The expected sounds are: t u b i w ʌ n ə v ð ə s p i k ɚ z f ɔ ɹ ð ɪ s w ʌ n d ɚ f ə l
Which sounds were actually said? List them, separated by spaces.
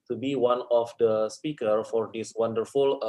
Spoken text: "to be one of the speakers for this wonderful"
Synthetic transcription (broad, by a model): t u b i w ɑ n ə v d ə s p i k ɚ f ɔ ɹ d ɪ s w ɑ n d ɚ f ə l